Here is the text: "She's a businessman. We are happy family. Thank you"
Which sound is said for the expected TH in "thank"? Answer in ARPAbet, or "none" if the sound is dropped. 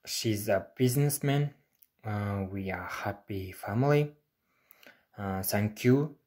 S